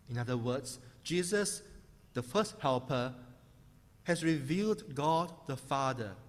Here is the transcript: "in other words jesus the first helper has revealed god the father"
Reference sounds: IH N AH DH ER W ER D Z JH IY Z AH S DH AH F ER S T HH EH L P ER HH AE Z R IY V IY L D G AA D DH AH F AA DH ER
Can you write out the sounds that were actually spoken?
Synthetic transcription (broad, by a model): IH N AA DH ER W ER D S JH IY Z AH S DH AH F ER S T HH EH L P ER HH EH S R IY V IY L D G AA D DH AH F AA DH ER